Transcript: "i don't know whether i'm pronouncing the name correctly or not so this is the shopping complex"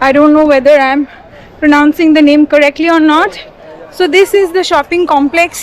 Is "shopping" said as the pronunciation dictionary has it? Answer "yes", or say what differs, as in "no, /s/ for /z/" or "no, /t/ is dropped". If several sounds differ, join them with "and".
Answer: yes